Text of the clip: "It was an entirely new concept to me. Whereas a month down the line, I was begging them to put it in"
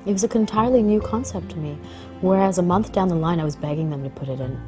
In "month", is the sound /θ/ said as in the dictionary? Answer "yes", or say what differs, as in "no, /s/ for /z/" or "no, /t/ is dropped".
yes